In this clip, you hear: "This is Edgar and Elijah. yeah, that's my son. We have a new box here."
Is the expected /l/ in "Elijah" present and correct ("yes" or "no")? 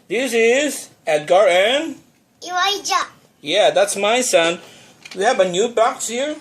no